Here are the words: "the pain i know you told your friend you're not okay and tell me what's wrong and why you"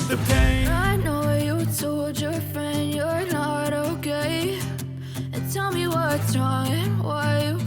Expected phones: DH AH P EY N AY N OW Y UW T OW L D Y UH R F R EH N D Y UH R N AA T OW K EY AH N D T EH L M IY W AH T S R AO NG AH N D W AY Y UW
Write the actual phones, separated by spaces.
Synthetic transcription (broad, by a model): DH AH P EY AY N OW Y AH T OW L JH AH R F R EH N D Y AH R N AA T OW K EY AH N T EH L M IY W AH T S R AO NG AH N W AY